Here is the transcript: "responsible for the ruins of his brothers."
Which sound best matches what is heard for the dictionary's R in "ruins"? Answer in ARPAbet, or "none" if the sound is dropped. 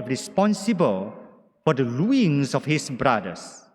L